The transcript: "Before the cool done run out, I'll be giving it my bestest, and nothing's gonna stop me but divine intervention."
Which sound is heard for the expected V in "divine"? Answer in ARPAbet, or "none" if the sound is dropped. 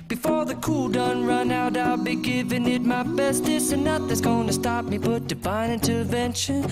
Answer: B